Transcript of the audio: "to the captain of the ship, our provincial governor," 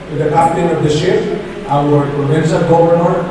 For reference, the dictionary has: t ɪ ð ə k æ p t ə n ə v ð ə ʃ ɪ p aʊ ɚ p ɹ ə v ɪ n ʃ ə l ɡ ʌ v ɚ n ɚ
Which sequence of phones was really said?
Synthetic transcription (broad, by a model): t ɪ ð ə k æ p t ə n ə v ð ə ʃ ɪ f aʊ ɚ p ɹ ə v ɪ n s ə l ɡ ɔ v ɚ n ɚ